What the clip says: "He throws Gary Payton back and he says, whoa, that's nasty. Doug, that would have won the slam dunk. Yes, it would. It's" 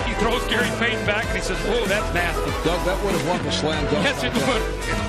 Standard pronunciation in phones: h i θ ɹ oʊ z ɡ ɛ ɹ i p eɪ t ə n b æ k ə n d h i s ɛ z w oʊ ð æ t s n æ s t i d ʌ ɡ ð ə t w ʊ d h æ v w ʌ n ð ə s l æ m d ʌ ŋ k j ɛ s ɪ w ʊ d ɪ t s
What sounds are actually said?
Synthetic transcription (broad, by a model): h i θ ɹ oʊ z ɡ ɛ ɹ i p eɪ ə n b æ k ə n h i s ɛ z w oʊ ð æ t s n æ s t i d ʌ ɡ ð ə t w ʊ d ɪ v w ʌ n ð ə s l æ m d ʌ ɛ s ɪ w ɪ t